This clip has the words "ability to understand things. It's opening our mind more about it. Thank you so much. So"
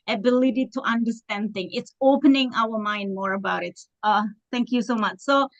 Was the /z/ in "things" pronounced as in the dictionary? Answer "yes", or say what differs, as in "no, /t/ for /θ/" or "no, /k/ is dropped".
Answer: no, /z/ is dropped